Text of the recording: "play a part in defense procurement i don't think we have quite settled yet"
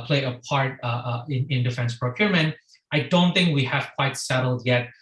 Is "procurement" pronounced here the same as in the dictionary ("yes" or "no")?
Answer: yes